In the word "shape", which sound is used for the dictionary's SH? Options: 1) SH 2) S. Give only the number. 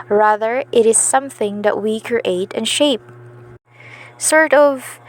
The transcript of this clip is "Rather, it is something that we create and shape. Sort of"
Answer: 1